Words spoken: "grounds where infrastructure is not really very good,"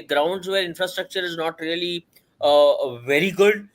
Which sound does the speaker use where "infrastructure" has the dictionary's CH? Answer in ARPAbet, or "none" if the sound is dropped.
CH